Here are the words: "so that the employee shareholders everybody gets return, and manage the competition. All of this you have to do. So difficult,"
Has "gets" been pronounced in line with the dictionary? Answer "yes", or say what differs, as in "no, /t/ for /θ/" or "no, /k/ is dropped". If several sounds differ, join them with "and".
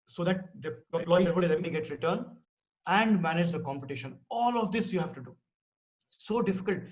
no, /s/ is dropped